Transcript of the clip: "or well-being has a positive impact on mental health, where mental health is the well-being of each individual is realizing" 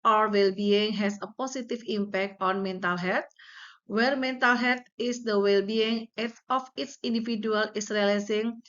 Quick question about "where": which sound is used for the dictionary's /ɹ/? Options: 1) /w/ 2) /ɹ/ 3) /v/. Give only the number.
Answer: 2